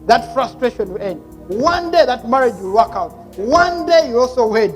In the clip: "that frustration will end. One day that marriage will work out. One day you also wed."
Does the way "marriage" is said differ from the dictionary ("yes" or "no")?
no